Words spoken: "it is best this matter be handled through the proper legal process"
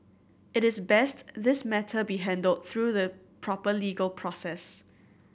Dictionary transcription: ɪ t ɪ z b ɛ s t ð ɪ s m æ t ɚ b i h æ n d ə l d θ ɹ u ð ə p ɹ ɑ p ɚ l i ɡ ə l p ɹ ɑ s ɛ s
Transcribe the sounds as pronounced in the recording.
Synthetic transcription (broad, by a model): ɪ t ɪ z b ɛ s t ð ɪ s m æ t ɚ b i h æ n d ə l d θ ɹ u ð ə p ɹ ɑ p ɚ l i ɡ ə l p ɹ ɑ s ɛ s